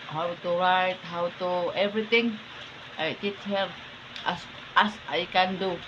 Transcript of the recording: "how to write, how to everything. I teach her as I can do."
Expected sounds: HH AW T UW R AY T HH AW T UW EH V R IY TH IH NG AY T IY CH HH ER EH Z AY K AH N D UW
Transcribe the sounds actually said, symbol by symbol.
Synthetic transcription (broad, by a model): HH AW T UW R AY T HH AW T UW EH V R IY T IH NG AY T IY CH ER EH S AY K AH N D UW